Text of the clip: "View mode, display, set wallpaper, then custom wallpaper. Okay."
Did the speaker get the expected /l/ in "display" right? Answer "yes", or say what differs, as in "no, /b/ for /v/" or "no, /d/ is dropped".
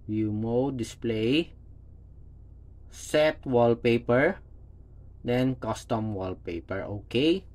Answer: yes